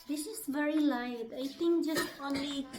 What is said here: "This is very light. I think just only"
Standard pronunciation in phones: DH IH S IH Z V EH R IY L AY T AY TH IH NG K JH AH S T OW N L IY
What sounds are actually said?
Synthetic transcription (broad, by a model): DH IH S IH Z V EH R IY L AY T AY T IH NG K JH AH S T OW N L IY